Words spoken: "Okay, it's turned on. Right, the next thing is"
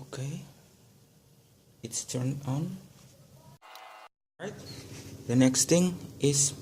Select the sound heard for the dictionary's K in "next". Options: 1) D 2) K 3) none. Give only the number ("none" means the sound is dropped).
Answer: 2